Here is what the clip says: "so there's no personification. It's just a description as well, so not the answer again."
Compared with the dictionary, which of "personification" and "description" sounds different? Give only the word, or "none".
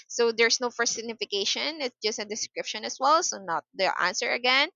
personification